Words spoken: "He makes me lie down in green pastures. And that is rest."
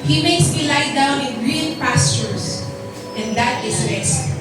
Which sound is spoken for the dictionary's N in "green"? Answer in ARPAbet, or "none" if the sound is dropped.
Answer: L